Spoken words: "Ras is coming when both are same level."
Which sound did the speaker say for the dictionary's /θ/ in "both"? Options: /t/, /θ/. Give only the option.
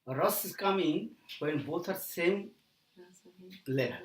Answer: /t/